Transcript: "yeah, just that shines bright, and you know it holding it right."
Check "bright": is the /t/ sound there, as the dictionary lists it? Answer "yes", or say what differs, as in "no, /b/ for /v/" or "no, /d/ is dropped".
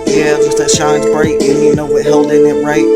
no, /t/ is dropped